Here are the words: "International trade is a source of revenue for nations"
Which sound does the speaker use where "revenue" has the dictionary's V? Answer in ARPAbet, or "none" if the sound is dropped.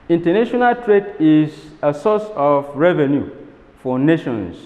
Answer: V